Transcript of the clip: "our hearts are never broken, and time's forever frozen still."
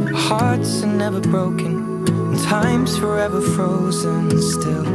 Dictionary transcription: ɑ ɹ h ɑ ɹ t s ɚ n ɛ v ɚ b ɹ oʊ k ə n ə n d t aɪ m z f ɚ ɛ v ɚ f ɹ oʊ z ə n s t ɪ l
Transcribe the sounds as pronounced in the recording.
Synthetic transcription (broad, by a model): h ɑ ɹ t s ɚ n ɛ v ɚ b ɹ oʊ ə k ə n t aɪ m z f ɚ ɛ v ɚ f ɹ oʊ z ə n s t ɪ l